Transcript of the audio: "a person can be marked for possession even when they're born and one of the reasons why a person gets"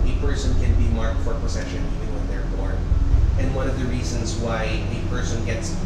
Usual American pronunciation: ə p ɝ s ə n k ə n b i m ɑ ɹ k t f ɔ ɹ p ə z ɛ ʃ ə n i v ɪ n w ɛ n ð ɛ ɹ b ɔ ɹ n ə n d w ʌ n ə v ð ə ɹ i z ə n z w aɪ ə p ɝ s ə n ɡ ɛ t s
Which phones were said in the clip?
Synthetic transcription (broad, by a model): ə p ɝ s ə n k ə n b i m ɑ ɹ k t f ɔ ɹ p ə s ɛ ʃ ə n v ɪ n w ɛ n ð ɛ ɹ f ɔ ɹ ə n d w ʌ n ə v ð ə ɹ i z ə n s w aɪ ə p ɝ s ə n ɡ ɛ t s